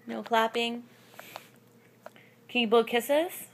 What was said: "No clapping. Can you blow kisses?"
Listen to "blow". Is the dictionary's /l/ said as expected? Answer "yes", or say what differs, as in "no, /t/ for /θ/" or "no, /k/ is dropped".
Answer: no, /l/ is dropped